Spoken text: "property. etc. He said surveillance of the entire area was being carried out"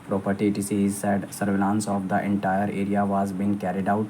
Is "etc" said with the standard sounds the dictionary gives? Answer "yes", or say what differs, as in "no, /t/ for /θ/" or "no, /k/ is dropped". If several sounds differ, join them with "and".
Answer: no, /s/ is dropped